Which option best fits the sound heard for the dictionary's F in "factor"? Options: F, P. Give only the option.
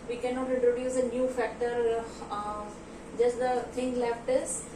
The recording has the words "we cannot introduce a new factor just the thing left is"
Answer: F